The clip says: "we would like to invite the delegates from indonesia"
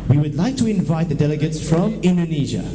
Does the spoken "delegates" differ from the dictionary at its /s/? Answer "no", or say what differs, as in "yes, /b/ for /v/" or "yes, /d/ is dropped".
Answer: no